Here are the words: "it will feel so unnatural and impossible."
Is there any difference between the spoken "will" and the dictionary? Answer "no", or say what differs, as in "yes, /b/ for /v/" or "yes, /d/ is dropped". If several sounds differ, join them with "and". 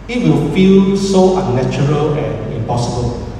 no